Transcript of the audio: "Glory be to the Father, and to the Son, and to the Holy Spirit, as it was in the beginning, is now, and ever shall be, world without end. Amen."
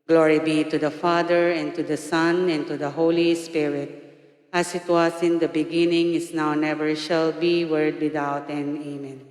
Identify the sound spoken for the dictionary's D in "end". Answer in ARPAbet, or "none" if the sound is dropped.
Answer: none